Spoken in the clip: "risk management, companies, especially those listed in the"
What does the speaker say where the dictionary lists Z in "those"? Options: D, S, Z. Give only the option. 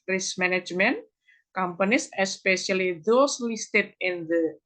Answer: S